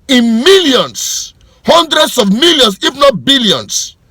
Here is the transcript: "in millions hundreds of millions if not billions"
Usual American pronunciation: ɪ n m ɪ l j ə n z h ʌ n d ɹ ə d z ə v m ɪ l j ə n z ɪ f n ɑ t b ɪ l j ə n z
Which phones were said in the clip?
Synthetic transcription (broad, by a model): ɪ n m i l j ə n s h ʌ n d ɹ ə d s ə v m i l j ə n s ɪ f n ɑ t b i l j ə n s